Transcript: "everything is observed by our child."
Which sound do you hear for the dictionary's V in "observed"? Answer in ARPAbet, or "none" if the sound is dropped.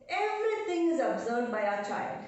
none